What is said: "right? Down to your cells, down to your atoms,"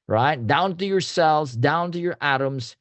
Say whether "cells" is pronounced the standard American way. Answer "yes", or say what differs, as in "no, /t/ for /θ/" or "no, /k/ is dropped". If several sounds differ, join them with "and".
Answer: yes